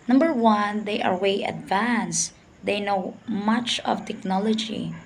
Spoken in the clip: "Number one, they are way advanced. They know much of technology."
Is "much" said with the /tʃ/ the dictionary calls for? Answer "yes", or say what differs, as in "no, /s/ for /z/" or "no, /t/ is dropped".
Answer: yes